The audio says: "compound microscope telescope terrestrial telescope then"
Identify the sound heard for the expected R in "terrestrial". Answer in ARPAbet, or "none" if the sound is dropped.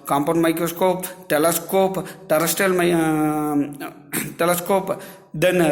none